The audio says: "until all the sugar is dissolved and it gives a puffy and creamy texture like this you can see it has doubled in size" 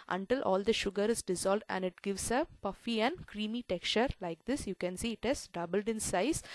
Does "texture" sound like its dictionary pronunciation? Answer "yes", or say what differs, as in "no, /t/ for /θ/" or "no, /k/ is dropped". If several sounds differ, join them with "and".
no, /s/ is dropped